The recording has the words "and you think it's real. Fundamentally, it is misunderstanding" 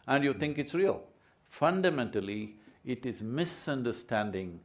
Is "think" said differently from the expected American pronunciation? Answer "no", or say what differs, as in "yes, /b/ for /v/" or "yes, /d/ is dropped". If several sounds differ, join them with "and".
yes, /t/ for /θ/